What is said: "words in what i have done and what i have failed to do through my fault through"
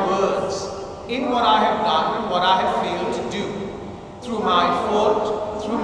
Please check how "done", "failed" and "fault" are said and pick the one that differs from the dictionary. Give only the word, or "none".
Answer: fault